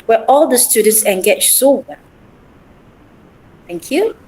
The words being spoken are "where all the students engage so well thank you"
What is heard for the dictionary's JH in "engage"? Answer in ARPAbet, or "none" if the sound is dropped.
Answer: CH